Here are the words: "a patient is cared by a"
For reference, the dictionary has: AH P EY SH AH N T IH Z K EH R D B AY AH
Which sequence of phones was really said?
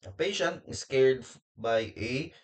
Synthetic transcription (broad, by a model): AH P EY SH AH N T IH S K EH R D B AY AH